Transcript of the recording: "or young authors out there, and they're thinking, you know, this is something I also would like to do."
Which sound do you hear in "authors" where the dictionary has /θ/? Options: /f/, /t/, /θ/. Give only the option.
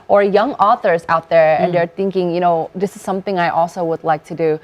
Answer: /θ/